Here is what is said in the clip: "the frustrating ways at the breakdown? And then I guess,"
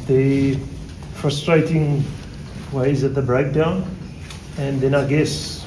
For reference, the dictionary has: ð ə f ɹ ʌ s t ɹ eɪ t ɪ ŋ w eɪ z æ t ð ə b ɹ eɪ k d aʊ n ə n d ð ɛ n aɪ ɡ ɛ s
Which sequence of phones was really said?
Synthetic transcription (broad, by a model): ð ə f ɹ ʌ s t ɹ eɪ t ɪ ŋ w eɪ z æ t ð ə b ɹ eɪ k d aʊ n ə n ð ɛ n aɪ ɡ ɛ s